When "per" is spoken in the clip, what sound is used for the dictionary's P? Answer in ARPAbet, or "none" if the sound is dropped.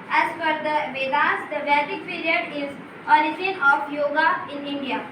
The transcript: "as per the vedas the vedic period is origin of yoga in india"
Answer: F